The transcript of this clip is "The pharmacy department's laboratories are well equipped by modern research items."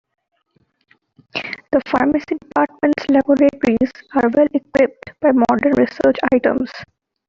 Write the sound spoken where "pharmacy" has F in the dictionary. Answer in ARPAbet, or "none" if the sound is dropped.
F